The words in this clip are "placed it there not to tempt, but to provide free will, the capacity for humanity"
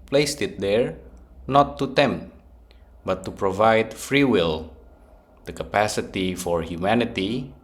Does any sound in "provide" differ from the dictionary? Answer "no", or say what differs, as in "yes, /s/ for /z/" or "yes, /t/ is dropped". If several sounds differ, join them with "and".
no